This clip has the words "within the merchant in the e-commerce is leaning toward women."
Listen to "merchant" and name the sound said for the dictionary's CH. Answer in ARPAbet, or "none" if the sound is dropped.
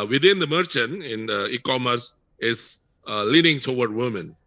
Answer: CH